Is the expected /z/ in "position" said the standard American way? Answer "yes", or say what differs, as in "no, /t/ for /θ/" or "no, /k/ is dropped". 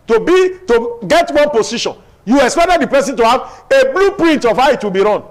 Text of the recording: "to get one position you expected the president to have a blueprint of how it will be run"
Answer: no, /s/ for /z/